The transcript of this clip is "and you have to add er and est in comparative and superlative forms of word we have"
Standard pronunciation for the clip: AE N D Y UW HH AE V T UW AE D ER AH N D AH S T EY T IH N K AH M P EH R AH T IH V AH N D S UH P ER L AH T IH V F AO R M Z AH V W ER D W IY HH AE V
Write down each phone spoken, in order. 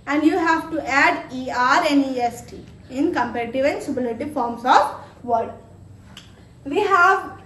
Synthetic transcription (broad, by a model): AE N D Y UW HH AE V T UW AE D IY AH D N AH S T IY IH N K AH M P EH R AH T IH V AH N S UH B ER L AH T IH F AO R M S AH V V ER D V IY HH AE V